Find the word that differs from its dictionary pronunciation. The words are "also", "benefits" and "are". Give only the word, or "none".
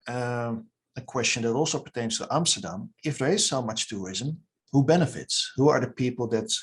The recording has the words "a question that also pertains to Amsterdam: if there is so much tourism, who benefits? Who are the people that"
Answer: none